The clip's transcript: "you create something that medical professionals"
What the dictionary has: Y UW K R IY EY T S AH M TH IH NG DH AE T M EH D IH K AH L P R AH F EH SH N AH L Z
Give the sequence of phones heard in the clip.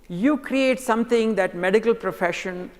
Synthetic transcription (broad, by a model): Y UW K R IY EY T S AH M T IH NG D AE T M EH D IH K AH L P R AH F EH SH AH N